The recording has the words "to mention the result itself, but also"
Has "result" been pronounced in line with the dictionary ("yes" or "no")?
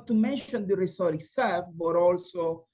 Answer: no